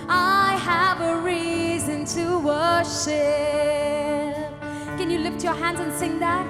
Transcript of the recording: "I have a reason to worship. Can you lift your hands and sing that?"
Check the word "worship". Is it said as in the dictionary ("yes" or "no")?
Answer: yes